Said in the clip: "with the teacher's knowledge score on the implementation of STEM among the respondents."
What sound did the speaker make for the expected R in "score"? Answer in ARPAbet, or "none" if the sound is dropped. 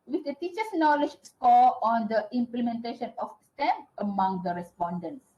L